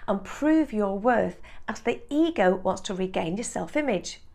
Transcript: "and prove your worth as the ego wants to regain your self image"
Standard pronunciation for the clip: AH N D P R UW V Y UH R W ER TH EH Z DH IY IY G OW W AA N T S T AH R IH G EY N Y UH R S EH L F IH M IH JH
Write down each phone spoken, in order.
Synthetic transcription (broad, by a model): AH N P R UW V Y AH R W ER TH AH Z DH IY IY G OW W AA N T S T AH R IH G EY N Y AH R S EH L F IH M IH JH